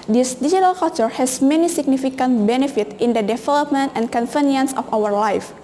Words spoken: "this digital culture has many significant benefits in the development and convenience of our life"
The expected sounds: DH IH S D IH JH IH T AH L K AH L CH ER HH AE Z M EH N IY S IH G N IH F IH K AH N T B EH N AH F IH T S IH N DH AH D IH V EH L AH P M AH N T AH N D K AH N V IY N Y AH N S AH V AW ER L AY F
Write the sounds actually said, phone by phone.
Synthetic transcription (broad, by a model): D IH S D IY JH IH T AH L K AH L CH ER HH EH S M EH N IY S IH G N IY F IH K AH N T B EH N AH F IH T IH N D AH D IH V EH L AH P M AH N T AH N K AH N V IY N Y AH N S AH F AW ER L AY F